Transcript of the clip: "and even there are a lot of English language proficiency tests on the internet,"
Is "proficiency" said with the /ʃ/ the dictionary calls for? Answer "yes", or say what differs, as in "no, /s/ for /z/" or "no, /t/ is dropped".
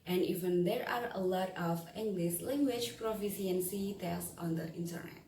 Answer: no, /s/ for /ʃ/